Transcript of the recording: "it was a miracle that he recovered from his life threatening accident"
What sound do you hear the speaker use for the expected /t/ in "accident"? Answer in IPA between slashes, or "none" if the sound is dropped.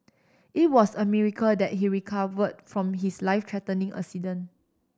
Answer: none